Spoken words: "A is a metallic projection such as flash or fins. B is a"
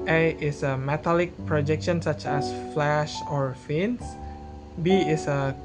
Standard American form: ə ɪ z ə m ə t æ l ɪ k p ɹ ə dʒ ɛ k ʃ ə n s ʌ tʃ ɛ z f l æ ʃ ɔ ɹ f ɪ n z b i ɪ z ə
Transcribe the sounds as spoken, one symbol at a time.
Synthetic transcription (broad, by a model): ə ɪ s ə m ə t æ l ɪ k p ɹ ə dʒ ɛ k ʃ ə n s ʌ tʃ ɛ s f l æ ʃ ɔ ɹ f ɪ n s b i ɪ s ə